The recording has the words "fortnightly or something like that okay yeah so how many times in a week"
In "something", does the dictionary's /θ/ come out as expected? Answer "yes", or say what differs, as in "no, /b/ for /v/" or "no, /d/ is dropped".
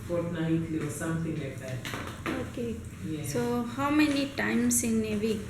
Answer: no, /t/ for /θ/